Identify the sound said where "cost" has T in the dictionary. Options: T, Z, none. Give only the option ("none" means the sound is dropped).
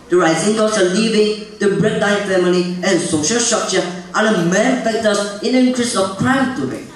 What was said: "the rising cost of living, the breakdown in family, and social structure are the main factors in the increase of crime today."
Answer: none